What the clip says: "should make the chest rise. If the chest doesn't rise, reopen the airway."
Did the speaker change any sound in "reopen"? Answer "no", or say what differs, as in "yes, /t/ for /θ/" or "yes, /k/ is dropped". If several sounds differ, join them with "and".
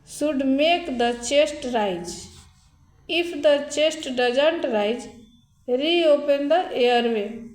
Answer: no